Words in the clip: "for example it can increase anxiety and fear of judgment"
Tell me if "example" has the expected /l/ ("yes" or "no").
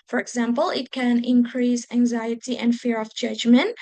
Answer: yes